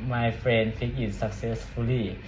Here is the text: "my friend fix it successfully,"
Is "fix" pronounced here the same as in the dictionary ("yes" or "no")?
no